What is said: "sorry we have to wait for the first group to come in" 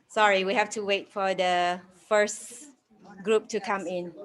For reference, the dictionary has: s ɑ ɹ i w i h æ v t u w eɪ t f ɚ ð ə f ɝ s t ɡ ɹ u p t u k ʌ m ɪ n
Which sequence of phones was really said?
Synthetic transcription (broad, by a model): s ɑ ɹ i w i h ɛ f t u w eɪ t f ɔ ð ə f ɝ s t ɡ ɹ u p t u k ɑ m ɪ n